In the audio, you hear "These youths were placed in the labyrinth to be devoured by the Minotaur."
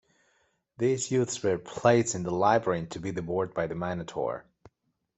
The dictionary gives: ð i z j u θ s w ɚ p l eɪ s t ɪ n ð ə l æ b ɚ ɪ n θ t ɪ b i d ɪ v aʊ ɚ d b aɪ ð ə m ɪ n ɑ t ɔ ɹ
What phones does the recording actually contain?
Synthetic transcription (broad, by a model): ð i z j u θ s w ɚ p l eɪ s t ɪ n ð ə l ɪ b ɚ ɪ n t ɪ b i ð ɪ b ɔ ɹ d b aɪ ð ə m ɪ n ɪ t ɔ ɹ